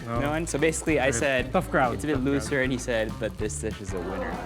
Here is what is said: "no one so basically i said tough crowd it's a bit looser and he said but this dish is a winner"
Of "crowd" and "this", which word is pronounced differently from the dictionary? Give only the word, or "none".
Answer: crowd